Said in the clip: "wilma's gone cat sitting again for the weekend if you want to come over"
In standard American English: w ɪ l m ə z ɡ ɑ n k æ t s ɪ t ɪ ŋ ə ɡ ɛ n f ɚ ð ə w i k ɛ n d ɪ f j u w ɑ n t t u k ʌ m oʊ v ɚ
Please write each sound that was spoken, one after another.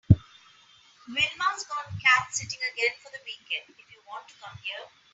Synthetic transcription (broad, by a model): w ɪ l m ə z ɡ ɑ n k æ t s ɪ t ɪ ŋ ə ɡ ɛ n f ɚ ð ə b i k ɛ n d ɪ f j u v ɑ n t t u k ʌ m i ɚ